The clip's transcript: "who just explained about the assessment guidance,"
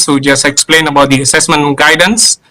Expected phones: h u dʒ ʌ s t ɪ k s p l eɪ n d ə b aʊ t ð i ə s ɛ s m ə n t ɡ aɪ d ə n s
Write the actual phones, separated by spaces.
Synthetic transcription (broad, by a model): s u dʒ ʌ s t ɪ k s p l eɪ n ə b aʊ t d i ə s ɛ s m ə n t ɡ aɪ d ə n s